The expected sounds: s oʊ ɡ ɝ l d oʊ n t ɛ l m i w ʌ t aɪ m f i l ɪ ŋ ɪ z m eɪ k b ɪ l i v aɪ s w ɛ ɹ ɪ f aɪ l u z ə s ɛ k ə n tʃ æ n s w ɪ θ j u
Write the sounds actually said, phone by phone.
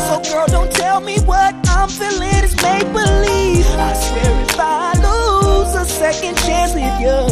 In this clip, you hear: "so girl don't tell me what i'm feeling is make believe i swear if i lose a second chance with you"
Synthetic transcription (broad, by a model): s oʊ ɡ ɝ l d oʊ n t ɛ l m i w ʌ t aɪ m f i l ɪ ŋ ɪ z m eɪ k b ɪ l i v aɪ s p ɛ ɹ ɪ f aɪ l u z ə s ɛ k ə n tʃ æ n s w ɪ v j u